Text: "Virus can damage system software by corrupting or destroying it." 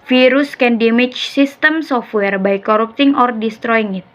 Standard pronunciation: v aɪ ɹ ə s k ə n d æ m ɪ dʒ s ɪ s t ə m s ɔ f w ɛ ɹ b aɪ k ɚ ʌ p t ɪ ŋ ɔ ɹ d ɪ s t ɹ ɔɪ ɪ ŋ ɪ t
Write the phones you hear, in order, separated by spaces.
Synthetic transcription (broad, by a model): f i ɹ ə s k ə n d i m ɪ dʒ s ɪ s t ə m s ɔ f w ɛ ɹ b aɪ k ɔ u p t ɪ ŋ ɔ ɹ d ɪ s t ɹ ɔɪ ɪ ŋ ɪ t